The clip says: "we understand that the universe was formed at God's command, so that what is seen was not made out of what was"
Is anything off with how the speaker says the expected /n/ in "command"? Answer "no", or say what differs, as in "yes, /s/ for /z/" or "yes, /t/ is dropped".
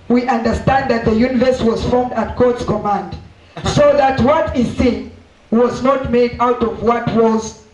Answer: no